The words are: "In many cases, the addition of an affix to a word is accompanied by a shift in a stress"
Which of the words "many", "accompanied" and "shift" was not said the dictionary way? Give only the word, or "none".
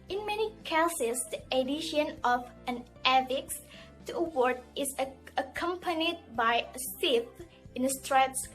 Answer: shift